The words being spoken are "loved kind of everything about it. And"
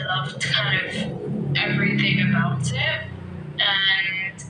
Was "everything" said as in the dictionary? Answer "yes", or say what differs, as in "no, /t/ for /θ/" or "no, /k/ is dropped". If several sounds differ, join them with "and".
yes